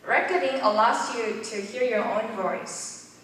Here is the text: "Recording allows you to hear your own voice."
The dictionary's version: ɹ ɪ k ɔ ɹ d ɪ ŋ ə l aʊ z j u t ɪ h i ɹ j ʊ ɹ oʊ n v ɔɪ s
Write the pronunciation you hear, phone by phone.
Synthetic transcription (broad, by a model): ɹ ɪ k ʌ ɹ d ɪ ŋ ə l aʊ s j u t ɪ h i ɹ j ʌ ɹ oʊ n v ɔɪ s